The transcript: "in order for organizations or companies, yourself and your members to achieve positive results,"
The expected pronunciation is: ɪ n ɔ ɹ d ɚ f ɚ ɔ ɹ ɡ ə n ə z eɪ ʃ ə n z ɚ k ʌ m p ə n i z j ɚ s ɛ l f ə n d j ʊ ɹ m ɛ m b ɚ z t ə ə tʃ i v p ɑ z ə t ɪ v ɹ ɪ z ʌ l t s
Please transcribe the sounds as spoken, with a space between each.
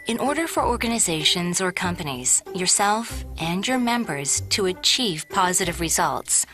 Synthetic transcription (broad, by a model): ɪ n ɔ ɹ d ɚ f ɚ ɔ ɹ ɡ ə n ə z eɪ ʃ ə n z ɚ k ʌ m p ə n i z j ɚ s ɛ l f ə n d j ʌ ɹ m ɛ m b ɚ z t ə ə tʃ i v p ɑ z ə t ɪ v ɹ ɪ z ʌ l t s